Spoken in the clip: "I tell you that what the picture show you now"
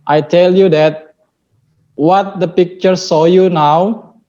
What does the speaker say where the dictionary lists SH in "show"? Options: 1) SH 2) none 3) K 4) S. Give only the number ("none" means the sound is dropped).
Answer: 4